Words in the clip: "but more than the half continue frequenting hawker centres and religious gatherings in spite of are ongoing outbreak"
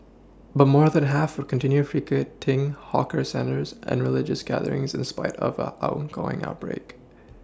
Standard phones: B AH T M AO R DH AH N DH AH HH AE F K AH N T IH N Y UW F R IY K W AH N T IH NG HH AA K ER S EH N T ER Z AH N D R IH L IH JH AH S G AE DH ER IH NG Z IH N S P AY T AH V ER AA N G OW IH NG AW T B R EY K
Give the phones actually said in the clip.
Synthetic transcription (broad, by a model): B AH T M AO R DH AH N HH AE F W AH N T IH N Y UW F R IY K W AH T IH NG HH AA K ER S EH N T ER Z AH N R IH L IH JH AH S G AE DH ER IH NG Z IH N S P AY T AH V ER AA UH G OW IH NG AW T B R EY K